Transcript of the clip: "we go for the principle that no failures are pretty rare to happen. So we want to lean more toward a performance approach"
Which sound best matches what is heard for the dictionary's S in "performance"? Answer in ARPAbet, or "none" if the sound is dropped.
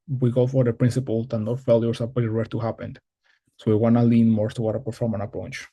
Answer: none